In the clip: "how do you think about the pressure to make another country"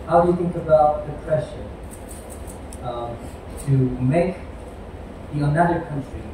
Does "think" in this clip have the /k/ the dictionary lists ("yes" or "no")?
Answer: yes